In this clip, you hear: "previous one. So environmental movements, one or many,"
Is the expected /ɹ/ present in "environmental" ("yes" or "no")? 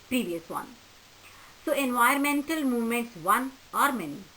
no